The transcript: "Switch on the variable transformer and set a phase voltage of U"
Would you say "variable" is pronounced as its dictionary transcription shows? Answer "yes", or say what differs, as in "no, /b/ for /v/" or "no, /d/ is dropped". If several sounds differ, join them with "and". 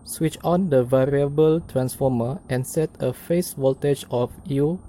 yes